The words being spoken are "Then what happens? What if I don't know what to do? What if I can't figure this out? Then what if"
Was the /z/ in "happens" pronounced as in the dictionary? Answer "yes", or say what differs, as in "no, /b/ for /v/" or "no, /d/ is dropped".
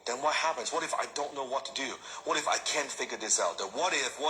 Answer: yes